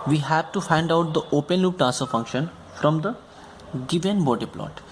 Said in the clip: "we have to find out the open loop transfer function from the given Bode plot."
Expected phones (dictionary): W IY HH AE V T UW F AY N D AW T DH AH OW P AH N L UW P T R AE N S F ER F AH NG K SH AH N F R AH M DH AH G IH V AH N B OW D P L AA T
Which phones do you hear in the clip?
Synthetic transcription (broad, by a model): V IY HH AE V T UW F AY N D AW T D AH OW P AH N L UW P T AE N S ER F AH NG K SH AH N F R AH M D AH G IH V AH N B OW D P L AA T